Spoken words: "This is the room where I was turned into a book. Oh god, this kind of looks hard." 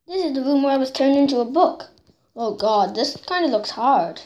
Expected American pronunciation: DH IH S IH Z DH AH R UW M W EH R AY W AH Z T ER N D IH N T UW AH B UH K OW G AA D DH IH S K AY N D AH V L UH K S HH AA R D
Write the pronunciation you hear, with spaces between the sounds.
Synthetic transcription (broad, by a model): DH IH S IH Z DH AH R UW M W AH R AY W AH Z T ER N D IH N T UW AH B UH K OW G AA D DH IH S K AY N D AH V L UH K S HH AA R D